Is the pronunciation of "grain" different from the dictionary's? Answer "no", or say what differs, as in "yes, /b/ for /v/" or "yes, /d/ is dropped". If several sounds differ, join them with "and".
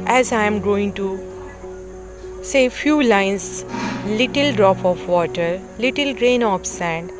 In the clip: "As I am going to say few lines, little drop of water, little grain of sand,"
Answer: no